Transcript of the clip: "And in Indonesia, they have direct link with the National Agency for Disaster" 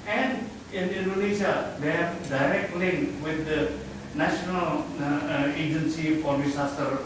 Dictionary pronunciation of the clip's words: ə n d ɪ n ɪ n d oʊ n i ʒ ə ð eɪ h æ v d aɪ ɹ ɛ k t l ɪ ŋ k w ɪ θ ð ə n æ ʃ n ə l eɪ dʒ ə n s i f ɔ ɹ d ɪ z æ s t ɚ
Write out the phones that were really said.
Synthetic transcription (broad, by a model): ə n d ɪ n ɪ n d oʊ n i s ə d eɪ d d aɪ ɹ ɛ k t l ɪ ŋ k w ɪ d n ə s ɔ n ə l eɪ dʒ ə n s i f ɔ ɹ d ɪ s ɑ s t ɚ